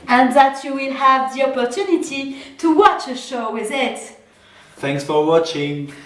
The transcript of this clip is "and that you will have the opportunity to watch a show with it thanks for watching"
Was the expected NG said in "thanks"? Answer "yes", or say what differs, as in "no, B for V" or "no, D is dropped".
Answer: yes